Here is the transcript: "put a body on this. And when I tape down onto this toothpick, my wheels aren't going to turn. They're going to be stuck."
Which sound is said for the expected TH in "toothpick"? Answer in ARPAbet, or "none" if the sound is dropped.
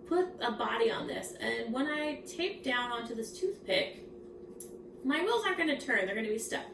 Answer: TH